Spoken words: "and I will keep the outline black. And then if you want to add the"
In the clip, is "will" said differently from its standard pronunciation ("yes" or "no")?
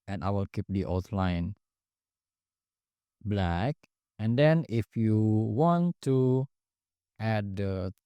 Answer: no